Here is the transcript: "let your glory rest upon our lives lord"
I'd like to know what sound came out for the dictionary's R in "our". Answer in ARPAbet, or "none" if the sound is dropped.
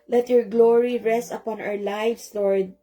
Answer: W